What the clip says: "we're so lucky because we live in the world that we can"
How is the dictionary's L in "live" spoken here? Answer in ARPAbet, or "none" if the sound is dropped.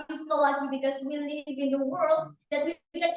N